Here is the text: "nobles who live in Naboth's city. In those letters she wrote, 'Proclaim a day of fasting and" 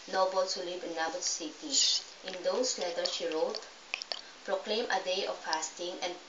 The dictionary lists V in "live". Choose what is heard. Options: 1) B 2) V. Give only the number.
1